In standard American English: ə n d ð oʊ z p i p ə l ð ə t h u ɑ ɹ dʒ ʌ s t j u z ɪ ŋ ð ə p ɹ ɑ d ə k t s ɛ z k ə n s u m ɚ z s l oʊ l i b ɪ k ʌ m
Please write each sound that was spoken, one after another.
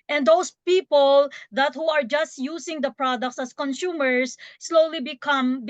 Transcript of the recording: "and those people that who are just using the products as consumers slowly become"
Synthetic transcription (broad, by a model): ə n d oʊ s p i p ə l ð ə t h u ɑ ɹ dʒ ʌ s t j u s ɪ ŋ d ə p ɹ ɑ d ə k t s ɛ s k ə n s u m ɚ s l oʊ l i b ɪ k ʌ m